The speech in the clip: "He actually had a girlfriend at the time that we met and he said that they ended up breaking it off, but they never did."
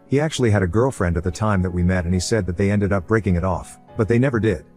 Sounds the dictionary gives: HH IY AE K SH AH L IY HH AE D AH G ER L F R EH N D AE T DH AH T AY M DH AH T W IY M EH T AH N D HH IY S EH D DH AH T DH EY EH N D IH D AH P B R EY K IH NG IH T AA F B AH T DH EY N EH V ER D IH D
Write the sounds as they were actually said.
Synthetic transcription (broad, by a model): HH IY AE K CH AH L IY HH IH D AH G ER L F R EH N D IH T DH AH T AY M DH AH T W IY M EH T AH N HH IY S EH D DH AH T DH EY EH N D IH D AH P B R EY K IH NG IH T AA F B AH T DH EY N EH V ER D IH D